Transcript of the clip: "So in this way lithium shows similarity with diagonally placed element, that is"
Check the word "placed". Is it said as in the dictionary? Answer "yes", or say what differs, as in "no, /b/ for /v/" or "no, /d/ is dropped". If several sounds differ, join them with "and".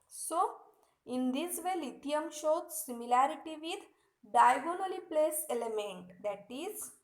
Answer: no, /t/ is dropped